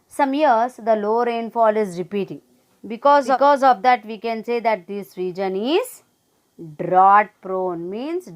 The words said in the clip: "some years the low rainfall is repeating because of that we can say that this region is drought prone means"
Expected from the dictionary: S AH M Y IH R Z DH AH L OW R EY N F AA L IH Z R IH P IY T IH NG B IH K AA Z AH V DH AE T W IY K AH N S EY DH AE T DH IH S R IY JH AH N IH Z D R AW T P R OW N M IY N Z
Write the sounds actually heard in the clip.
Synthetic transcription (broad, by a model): S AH M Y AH R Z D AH L OW R EY N F AA L IH Z R IH P IY T IH NG B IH K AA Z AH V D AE T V IY K AH N S EY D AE T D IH S R IY JH AH N IH Z D R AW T P R OW N M IY N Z